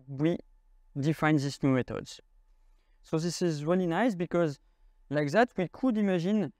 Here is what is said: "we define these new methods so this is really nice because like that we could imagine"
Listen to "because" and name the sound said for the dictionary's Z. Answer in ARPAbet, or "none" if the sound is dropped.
Z